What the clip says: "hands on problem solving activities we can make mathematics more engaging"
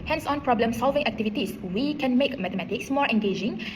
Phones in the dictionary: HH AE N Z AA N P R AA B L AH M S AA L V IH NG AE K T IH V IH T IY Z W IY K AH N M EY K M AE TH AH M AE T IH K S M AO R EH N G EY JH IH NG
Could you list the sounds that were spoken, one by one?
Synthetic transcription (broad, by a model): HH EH N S AA N P R AA B L AH M S AA L V IH NG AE K T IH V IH T IY S W IY K AH N M EY K M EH T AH M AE T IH K S M AO R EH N G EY JH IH NG